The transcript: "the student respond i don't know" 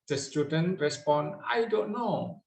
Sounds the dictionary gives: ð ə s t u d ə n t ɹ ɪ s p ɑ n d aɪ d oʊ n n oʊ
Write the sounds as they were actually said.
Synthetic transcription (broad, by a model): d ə s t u d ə n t ɹ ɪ s p ɑ n aɪ d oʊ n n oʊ